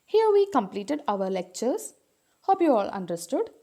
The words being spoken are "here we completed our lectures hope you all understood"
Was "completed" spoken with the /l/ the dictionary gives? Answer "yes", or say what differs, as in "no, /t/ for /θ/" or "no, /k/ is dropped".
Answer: yes